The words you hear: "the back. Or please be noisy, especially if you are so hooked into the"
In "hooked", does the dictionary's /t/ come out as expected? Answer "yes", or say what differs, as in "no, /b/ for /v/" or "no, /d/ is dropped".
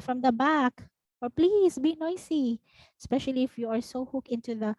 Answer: no, /t/ is dropped